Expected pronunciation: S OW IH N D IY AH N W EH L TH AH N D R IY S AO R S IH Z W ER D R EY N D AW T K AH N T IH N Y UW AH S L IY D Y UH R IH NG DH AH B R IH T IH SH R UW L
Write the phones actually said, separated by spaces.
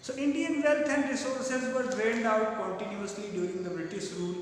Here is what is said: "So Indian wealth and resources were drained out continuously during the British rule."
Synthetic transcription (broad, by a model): S OW IH N D IY AH N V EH L T AH N D R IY S AO R S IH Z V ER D R EY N D AW T K AH N T IH N Y UW AH S L IY D Y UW R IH NG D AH B R IH T IH SH R UW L